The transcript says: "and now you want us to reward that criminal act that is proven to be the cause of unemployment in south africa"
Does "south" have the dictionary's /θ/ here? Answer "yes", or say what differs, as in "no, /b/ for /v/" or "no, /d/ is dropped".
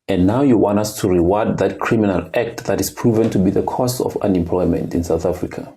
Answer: yes